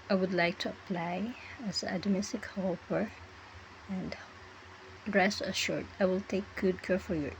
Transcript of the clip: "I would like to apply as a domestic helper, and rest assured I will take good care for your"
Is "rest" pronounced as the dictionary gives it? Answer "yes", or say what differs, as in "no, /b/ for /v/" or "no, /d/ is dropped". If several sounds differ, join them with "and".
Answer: no, /t/ is dropped